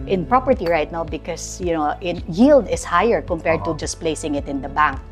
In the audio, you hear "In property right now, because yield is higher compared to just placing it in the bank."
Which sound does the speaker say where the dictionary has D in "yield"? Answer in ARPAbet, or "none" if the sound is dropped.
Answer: D